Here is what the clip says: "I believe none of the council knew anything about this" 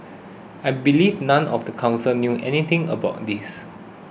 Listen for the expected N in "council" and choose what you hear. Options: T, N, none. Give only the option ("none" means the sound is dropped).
N